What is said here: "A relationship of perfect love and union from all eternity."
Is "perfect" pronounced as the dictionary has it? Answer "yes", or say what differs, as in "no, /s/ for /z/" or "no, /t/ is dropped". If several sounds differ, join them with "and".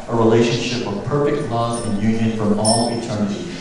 yes